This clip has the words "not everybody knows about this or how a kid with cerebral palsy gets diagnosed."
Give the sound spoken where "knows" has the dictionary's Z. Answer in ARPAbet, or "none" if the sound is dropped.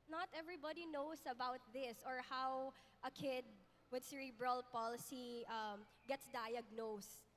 S